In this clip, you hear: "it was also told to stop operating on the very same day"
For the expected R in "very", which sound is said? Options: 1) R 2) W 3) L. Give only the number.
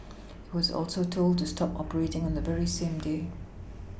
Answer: 1